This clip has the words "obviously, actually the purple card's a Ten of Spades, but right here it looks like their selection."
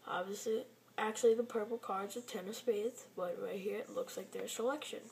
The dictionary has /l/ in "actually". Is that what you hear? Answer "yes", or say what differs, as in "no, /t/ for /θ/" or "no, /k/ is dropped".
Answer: yes